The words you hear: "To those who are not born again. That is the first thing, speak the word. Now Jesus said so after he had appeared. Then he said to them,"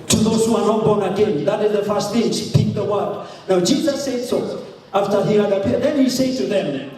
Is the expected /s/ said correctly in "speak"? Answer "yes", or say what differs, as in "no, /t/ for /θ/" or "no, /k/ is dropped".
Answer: no, /ʃ/ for /s/